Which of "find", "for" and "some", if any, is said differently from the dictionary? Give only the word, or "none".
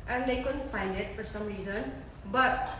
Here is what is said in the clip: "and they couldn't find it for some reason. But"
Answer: none